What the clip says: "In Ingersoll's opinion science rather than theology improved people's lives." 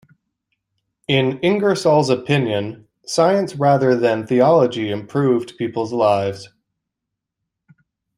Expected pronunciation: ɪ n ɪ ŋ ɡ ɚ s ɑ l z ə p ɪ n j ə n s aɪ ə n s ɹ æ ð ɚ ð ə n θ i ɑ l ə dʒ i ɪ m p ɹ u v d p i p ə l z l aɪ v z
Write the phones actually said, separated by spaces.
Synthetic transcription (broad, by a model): ɪ n ɪ ŋ ɡ ɚ s ɑ l z ə p ɪ n j ə n s aɪ ə n s ɹ æ ð ɚ ð ə n θ i ɑ l ə dʒ i ɪ m p ɹ u v d p i p l z l aɪ v z